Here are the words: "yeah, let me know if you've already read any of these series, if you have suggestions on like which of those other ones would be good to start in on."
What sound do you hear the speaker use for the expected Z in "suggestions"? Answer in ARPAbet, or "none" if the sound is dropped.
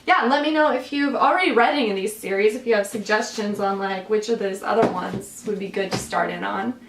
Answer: Z